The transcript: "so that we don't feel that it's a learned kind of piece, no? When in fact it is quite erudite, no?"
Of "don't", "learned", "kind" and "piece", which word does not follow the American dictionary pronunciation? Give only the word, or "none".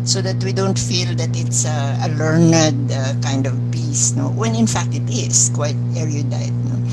none